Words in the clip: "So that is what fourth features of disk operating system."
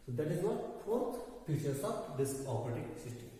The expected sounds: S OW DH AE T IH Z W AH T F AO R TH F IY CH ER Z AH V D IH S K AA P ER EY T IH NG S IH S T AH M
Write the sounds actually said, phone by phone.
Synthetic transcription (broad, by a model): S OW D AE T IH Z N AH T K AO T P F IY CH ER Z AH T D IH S AA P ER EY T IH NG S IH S T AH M